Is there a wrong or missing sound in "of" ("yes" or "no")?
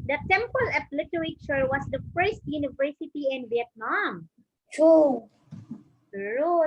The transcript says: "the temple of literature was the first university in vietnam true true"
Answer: yes